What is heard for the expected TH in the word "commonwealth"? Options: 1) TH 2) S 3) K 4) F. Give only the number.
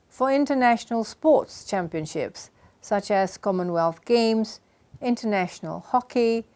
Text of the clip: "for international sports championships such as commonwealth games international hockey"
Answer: 1